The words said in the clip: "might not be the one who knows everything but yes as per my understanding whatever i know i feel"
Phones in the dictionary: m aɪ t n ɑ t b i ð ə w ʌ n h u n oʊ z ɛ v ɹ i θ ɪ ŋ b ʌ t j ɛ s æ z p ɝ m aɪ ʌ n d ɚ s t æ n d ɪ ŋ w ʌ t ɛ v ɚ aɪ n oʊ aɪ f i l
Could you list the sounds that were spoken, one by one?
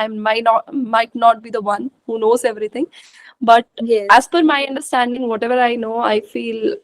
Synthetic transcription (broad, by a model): m aɪ t n ɑ t b i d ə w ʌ n h u n oʊ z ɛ v ɹ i t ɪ ŋ b ʌ t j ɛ æ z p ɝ m aɪ ʌ n d ɚ s t æ n d ɪ ŋ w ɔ t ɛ v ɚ aɪ n oʊ aɪ f i l